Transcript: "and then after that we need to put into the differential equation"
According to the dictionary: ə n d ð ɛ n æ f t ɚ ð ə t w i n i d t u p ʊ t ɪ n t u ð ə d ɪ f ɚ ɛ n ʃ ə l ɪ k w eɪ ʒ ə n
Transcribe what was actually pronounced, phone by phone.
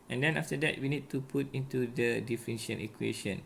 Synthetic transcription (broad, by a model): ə n d ɛ n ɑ f t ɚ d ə t w i n i d t u p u t ɪ n t u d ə d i f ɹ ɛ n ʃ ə n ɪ k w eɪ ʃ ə n